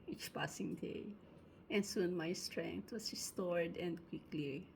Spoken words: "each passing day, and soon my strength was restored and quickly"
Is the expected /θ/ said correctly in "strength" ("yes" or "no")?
no